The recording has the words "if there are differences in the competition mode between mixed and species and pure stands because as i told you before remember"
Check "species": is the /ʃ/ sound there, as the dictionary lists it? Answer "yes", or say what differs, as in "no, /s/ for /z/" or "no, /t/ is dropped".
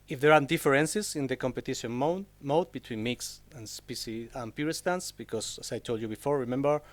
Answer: no, /s/ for /ʃ/